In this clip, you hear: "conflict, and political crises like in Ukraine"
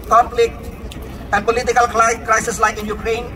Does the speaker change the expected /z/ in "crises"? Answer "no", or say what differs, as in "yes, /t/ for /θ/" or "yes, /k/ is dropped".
yes, /s/ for /z/